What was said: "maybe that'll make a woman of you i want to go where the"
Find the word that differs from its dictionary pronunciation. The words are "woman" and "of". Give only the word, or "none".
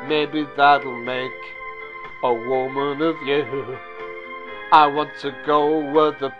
none